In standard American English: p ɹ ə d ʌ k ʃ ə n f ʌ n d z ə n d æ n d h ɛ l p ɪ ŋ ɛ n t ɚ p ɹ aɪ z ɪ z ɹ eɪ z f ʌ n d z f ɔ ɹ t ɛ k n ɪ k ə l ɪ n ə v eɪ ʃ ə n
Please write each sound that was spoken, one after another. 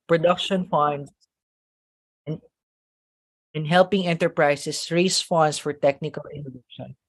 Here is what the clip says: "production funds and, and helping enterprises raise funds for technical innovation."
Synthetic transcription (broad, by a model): p ɹ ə d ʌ k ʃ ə n f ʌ n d s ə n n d h ɛ l p ɪ ŋ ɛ n t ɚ p ɹ aɪ s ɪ s ɹ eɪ s f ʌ n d s f ɔ ɹ t ɛ k n ɪ k ə l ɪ n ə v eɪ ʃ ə n